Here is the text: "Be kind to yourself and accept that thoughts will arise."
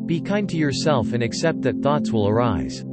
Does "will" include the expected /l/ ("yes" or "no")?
yes